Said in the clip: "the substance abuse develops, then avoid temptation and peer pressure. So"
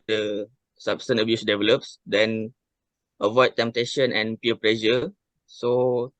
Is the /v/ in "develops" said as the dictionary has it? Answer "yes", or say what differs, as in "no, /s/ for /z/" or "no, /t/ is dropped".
yes